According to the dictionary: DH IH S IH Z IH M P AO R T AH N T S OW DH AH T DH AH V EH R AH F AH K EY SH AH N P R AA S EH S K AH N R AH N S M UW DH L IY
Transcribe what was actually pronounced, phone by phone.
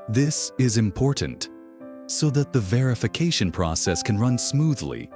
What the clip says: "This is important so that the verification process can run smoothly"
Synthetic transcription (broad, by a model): DH IH S IH Z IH M P AO R T N T S OW DH AH T DH AH V EH R AH F AH K EY SH AH N P R AA S EH S K AH N R AH N S M UW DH L IY